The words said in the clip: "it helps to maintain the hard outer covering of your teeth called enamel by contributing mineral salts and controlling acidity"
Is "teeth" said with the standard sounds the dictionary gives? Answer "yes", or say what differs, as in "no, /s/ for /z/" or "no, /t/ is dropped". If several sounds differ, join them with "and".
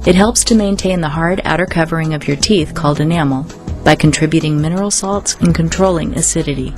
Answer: yes